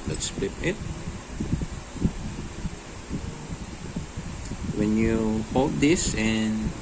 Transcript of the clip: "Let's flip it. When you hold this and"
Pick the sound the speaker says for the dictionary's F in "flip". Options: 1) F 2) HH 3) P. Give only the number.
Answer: 3